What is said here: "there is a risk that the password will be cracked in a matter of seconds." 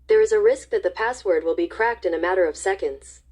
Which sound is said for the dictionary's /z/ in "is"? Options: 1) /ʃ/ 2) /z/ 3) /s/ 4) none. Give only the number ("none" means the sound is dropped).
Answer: 2